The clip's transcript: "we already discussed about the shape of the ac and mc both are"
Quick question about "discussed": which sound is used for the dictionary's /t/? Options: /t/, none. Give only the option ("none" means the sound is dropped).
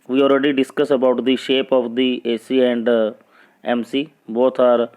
none